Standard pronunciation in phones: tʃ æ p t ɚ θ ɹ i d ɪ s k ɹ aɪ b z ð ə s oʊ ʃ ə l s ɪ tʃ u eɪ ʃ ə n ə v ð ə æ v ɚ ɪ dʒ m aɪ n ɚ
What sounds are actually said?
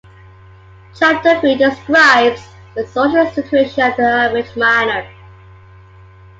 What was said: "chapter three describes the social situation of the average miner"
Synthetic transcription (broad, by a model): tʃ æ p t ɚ f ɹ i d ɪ s k ɹ aɪ b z ð ə s oʊ ʃ ə l s ɪ tʃ u eɪ ʃ ə n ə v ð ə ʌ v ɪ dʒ m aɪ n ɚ